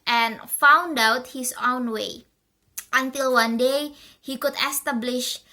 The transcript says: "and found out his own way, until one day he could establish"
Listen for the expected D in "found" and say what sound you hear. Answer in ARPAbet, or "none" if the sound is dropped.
D